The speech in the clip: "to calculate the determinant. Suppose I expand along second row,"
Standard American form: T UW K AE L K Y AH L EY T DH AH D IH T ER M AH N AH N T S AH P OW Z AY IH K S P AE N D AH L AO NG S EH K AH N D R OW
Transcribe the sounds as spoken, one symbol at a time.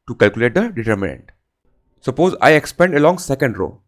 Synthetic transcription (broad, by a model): T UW K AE L K Y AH L EY T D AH D IH T ER M AH N AH N T S AH P OW Z AY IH K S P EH N D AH L AO NG S EH K AH N D R OW